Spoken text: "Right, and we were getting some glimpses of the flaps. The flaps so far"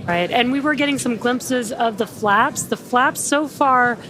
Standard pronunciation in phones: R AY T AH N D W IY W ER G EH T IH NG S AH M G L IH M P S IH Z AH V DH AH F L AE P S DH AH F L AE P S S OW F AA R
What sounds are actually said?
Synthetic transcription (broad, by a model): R AY T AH N W IY W ER G EH T IH NG S AH M G L IH M P S IH Z AH V DH AH F L AE P S DH AH F L AE P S S OW F AA R